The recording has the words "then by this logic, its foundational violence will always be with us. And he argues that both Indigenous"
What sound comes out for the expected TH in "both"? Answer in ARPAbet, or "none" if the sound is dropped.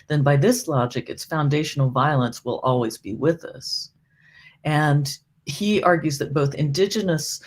TH